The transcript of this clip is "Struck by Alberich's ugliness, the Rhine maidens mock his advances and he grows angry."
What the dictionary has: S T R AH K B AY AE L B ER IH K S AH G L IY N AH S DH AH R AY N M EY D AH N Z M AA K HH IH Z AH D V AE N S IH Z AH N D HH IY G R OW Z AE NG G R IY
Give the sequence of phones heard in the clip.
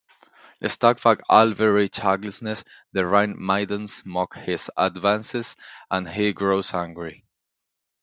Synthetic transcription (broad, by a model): S T AH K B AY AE L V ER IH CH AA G L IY N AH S DH AH R AY N M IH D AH N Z M AA K HH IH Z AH D V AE N S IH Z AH N HH IY G R OW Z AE NG G R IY